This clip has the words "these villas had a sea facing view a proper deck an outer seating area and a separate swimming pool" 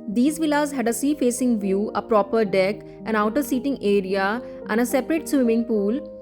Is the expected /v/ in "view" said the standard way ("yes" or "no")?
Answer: yes